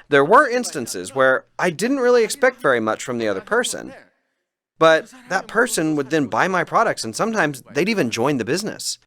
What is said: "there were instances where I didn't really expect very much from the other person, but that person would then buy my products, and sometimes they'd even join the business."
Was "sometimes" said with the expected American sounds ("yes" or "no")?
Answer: yes